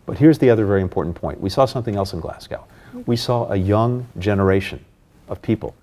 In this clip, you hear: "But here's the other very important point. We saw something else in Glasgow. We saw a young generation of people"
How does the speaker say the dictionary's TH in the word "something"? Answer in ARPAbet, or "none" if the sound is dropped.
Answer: TH